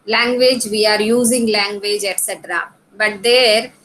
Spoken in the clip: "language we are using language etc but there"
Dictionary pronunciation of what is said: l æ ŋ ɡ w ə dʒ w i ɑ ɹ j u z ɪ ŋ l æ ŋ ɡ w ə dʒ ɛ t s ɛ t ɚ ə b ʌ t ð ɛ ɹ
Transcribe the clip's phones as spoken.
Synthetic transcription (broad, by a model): l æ ŋ ɡ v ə dʒ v i ɑ ɹ j u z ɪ ŋ l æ ŋ ɡ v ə dʒ ɛ t s ɛ t ɚ ə b ʌ t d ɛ ɹ